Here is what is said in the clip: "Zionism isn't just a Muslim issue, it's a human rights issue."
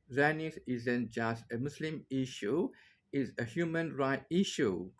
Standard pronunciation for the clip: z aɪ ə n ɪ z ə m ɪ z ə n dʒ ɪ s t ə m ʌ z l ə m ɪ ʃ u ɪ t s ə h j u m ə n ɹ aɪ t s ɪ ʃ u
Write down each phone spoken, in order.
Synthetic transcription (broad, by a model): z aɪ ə n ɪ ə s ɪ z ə n dʒ ɪ s t ə m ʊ s l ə m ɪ ʃ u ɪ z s ə h j u m ə n ɹ aɪ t ɪ ʃ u